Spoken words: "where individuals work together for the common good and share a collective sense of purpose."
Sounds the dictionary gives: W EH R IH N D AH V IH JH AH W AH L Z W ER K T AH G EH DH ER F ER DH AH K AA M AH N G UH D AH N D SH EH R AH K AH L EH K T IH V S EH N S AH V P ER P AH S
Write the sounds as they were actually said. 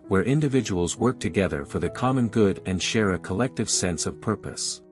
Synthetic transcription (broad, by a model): W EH R IH N D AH V IH JH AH W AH L Z W ER K T AH G EH DH ER F ER DH AH K AA M AH N G UH D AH N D SH EH R AH K AH L EH K T IH V S EH N S AH V P ER P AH S